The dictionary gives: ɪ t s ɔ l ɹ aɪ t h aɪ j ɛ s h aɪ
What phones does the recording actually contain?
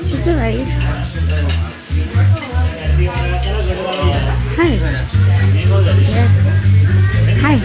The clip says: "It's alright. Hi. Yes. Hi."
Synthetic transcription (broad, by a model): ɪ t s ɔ ɹ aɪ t h aɪ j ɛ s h aɪ